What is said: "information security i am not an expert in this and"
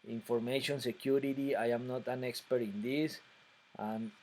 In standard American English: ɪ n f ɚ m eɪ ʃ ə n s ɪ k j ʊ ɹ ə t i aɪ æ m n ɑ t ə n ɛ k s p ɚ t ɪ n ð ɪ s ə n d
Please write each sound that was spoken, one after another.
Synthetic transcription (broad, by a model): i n f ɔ m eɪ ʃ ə n s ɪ k j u ɹ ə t i aɪ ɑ m n ɑ t ə n ɛ k s p ɚ t ɪ n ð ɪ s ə n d